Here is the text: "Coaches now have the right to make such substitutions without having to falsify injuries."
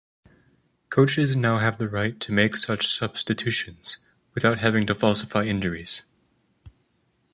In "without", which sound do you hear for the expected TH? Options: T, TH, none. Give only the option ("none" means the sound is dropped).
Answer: TH